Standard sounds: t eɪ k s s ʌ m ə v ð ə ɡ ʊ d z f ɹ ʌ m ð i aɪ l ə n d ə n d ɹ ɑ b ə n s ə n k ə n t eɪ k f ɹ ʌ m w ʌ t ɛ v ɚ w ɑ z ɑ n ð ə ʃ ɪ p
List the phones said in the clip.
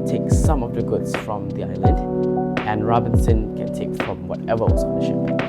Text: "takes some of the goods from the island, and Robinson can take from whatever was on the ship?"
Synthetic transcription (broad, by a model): t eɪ k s s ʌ m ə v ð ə ɡ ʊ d s f ɹ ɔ m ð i aɪ l ə n d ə n ɹ ɑ b ə n s ə n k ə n t eɪ k f ɹ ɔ m w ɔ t ɛ v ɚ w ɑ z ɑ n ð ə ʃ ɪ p